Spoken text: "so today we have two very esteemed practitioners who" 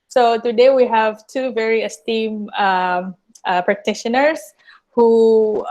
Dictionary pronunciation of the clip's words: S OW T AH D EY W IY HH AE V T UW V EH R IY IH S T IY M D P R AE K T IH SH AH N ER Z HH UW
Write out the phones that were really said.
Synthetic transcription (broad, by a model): S OW T AH D EY W IY HH AE V T UW V EH R IY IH S T IY M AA P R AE K T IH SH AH N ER S HH UW